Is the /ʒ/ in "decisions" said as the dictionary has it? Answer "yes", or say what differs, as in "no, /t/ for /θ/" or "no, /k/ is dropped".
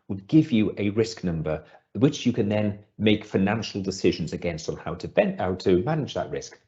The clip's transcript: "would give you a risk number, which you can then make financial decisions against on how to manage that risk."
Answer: yes